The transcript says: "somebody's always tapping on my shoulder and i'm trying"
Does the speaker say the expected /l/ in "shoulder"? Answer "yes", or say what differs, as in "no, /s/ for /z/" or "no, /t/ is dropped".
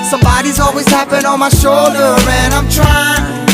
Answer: yes